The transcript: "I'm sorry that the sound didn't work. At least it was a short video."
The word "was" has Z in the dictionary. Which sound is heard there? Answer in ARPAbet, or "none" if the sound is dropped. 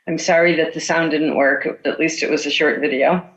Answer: Z